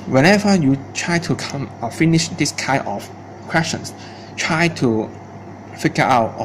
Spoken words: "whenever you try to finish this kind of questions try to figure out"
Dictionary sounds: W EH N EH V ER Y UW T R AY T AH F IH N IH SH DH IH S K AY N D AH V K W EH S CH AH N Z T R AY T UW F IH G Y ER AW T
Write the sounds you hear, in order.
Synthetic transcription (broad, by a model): W EH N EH V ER Y UW T R AY T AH F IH N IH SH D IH S K AY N AH F K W EH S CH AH N S T R AY T UW F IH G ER AW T